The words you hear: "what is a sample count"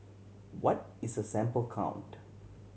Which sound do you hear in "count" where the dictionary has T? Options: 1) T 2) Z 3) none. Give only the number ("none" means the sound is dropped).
1